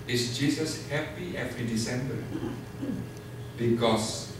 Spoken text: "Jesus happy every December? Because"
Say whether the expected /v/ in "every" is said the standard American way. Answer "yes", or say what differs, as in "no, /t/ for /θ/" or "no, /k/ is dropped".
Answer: no, /f/ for /v/